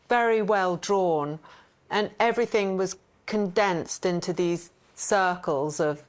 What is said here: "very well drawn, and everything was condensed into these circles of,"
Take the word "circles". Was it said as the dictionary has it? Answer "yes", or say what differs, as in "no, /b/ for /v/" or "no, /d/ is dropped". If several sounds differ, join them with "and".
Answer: yes